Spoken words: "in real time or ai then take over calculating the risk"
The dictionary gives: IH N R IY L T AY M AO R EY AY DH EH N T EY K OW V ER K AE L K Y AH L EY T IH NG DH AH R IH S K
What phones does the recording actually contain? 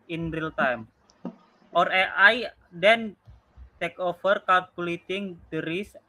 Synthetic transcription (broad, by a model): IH N R IY L T AY M AO R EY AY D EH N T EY K OW F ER K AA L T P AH L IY T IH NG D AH R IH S